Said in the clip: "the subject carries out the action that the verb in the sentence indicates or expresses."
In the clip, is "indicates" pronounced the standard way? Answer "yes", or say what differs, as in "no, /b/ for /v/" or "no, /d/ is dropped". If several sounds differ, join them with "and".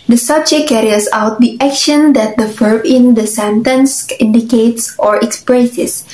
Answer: yes